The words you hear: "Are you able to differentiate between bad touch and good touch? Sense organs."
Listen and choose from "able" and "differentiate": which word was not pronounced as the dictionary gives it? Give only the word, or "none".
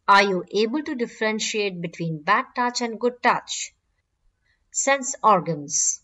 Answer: none